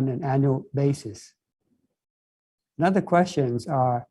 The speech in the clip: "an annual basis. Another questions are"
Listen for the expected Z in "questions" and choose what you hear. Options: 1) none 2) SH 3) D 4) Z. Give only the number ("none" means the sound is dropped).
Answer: 4